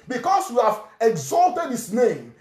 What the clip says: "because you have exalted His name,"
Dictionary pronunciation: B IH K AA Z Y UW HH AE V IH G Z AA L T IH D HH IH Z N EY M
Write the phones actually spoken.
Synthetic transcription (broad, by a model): B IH K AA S Y UW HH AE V IH G Z AA L T IH D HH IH S N EY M